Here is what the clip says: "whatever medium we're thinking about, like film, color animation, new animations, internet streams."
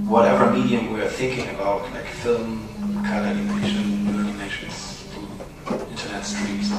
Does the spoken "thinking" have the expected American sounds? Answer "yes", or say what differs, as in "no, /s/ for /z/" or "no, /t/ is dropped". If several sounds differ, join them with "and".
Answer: yes